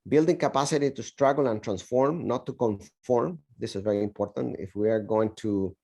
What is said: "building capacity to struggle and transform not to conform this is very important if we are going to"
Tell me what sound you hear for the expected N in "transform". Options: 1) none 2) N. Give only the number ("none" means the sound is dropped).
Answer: 2